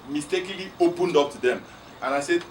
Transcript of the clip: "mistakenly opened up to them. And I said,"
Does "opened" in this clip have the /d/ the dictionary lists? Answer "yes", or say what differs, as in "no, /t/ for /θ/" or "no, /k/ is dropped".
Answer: yes